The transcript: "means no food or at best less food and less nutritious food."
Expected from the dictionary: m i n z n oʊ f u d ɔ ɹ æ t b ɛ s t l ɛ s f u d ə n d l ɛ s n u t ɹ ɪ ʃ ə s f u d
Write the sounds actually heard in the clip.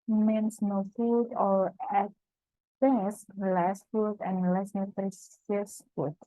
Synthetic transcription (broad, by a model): m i n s n oʊ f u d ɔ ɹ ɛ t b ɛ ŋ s l ɛ s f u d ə n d l ɛ s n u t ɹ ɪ s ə s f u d